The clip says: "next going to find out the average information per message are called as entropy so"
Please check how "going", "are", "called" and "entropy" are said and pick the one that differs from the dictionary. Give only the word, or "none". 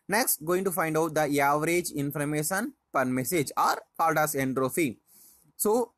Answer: entropy